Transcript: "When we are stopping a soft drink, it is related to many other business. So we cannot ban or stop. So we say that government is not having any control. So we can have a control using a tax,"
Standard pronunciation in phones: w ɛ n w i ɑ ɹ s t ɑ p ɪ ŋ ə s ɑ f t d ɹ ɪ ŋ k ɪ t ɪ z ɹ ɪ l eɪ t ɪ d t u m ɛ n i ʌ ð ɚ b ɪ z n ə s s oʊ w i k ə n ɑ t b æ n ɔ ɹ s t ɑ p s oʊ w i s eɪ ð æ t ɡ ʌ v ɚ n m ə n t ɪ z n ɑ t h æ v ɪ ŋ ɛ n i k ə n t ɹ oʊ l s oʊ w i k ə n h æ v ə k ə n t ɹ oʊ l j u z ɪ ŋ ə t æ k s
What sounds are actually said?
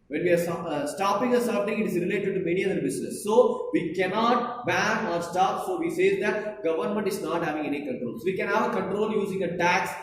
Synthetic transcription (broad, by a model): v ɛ n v i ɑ ɹ s t ɑ p ɪ ŋ ə s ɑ t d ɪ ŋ ɪ t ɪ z ɹ ɪ l eɪ t ɪ d t u m ɛ n i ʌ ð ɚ b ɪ s n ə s s oʊ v i k ə n ɑ t b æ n ɔ ɹ s t ɑ p s oʊ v i s eɪ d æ t ɡ ʌ v ɚ n m ə n t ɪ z n ɑ t h æ v ɪ ŋ ɛ n i k ə n t ɹ oʊ l s oʊ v i k ə n h æ v ə k ə n t ɹ oʊ l j u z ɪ ŋ ə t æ k s